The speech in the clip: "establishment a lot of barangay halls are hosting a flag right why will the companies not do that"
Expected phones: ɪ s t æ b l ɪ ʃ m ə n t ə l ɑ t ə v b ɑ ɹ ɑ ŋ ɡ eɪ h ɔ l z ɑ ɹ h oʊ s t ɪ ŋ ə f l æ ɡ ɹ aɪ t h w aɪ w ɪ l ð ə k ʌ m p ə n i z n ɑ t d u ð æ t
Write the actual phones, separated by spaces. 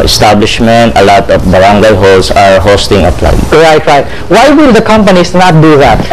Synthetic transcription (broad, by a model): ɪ s t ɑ b l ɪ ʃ m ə n t ə l ɑ t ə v b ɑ ɹ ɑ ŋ ɡ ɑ h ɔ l s ɑ ɹ h oʊ s t ɪ ŋ ə p l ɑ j ɹ aɪ t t w aɪ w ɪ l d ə k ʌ m p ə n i s n ɑ t d u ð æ t